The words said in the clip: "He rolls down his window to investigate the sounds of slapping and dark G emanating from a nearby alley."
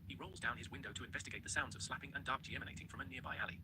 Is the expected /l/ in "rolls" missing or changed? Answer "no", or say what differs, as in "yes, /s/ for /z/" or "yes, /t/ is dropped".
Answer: no